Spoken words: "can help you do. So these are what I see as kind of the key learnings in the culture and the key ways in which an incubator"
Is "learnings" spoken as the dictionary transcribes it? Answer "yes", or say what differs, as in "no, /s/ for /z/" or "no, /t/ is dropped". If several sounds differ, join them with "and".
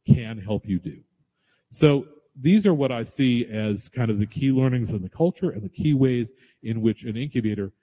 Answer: yes